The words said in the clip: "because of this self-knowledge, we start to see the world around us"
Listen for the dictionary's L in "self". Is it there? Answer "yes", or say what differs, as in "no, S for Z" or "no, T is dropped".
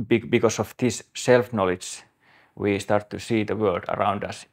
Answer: yes